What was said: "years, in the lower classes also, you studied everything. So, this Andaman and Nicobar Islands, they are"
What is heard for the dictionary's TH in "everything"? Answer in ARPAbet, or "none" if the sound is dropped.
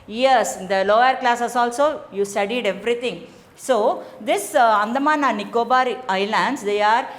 T